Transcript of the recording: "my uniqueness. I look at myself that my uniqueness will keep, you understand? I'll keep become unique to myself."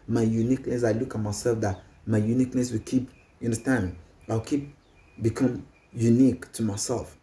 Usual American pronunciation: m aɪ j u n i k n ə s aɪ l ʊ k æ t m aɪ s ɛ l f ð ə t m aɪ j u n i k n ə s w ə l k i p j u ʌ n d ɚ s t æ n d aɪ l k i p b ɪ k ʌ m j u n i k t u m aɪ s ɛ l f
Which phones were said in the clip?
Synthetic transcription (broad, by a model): m aɪ j u n i k n ə s aɪ l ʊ k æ t m aɪ s ɛ l f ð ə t m aɪ j u n i k n ə s w ə l k i p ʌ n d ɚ s t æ n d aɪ w k i p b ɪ k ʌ m j u n i k t u m aɪ s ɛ l f